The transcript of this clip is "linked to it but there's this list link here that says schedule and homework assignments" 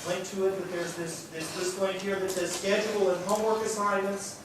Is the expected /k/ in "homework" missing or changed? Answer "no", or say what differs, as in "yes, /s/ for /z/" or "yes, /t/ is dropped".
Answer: no